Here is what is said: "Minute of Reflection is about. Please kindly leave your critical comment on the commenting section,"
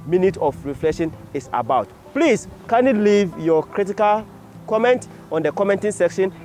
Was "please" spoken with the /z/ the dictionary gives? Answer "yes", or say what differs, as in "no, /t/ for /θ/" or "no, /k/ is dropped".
no, /s/ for /z/